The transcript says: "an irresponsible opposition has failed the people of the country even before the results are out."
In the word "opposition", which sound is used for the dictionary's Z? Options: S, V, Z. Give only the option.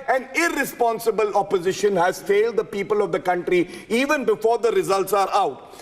Z